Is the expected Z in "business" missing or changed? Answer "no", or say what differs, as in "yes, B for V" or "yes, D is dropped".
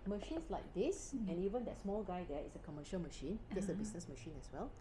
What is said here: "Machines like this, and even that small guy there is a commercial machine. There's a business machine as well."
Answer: yes, S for Z